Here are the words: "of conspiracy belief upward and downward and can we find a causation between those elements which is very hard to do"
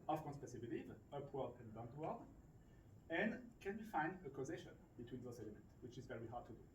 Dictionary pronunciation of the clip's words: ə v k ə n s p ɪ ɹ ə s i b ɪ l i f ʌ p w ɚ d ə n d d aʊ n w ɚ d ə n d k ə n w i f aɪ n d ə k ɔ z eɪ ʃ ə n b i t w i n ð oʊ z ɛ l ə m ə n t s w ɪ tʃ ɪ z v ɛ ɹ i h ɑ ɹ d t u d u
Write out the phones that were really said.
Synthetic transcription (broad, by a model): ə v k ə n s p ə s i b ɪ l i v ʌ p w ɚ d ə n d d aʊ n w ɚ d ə n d k ə n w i f aɪ n d ə k ɔ z eɪ ʃ ə n b i t w i n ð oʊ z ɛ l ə m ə n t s w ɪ tʃ ɪ z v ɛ w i h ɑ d t u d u